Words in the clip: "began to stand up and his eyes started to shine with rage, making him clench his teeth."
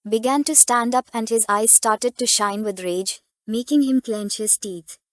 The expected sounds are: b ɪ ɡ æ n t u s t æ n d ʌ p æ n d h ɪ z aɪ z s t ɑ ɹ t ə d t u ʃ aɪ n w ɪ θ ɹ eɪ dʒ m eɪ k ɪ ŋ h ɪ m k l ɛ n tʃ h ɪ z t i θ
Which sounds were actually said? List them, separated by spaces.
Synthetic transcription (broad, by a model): b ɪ ɡ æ n t u s t æ n d ʌ p æ n d h ɪ z aɪ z s t ɑ ɹ t ə d t u ʃ aɪ n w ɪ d ɹ eɪ dʒ m eɪ k ɪ ŋ h ɪ m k l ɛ n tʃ h ɪ z t i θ